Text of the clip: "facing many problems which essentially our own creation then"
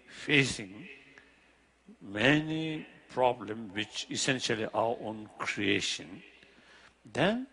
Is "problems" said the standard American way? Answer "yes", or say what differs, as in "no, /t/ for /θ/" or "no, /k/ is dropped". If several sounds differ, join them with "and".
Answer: no, /z/ is dropped